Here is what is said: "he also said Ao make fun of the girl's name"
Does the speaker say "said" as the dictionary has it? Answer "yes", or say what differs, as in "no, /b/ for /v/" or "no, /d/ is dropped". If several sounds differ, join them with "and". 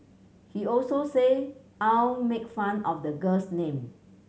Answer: no, /d/ is dropped